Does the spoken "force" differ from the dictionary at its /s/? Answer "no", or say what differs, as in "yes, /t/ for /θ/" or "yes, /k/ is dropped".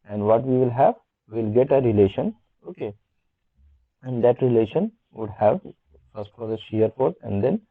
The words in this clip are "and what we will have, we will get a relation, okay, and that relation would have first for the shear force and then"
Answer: yes, /s/ is dropped